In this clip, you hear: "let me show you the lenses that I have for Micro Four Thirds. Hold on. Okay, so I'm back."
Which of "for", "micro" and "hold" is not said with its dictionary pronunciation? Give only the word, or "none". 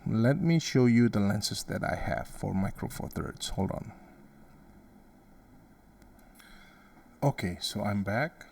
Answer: none